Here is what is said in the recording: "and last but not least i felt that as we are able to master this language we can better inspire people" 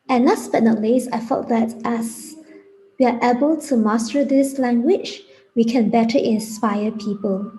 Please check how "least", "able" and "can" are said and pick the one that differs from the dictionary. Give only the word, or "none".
least